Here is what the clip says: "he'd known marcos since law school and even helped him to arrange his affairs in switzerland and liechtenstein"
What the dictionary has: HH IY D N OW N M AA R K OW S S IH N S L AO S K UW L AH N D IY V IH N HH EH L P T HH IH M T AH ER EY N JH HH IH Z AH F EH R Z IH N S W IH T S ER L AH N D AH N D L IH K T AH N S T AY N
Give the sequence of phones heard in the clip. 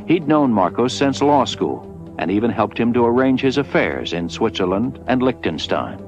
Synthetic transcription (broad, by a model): HH IY D N OW N M AA R K OW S S IH N S L AO S K UW L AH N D IY V IH N HH EH L P T HH IH M T AH ER EY N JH HH IH Z AH F EH R Z IH N S W IH T S ER L AH N D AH N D L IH K T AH N S T AY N